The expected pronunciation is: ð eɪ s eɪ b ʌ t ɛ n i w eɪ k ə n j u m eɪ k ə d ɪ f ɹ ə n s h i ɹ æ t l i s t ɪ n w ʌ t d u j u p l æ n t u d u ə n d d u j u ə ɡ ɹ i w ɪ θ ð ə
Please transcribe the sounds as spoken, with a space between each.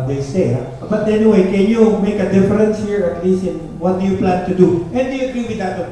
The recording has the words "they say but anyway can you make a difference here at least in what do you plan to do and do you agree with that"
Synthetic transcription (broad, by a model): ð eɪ s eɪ b ʌ t ɛ n i w eɪ k ə n j u m eɪ k ə d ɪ f ɹ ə n s h i ɹ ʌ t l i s ɪ n w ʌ t d u j u p l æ n t u d u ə n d d u j u ə ɡ ɹ i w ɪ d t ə